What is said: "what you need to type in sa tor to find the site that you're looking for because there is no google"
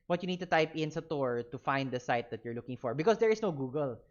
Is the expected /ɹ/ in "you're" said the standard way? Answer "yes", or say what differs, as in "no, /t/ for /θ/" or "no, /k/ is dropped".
yes